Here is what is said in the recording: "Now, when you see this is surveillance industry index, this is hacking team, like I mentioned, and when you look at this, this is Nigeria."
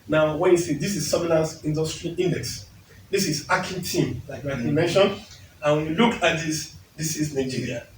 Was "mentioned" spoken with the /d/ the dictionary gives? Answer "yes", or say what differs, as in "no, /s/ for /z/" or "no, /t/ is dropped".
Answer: no, /d/ is dropped